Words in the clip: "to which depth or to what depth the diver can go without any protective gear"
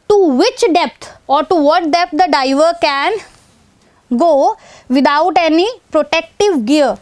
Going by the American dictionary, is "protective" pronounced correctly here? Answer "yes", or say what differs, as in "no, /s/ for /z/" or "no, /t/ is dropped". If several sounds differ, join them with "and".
yes